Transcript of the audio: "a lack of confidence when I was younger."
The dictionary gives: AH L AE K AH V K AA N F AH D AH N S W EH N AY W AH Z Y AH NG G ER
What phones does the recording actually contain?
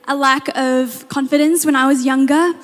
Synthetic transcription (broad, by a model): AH L AE K AH V K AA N F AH D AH N S W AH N AY W AH Z Y AH NG G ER